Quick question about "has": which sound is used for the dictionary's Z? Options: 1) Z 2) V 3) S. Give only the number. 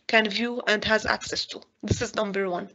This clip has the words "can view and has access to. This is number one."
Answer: 1